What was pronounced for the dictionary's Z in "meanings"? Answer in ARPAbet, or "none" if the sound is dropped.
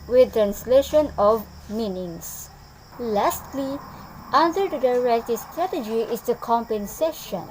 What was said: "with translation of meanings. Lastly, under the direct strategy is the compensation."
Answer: S